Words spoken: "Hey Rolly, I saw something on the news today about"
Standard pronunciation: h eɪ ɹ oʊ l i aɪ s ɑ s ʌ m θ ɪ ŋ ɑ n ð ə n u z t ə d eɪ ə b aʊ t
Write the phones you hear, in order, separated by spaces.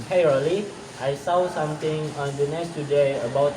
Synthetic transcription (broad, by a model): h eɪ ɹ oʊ l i aɪ s ɑ s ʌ m t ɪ ŋ ɑ n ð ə n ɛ s t ə d eɪ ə b aʊ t